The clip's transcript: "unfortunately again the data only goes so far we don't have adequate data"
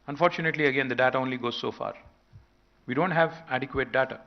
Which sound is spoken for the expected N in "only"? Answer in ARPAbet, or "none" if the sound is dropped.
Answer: N